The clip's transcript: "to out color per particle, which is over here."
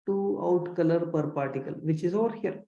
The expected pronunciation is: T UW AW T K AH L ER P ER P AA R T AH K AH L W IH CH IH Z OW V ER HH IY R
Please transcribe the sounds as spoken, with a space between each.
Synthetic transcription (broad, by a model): T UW AW T K AH L ER P ER P AA R T AH K AH L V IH CH IH Z OW V ER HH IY R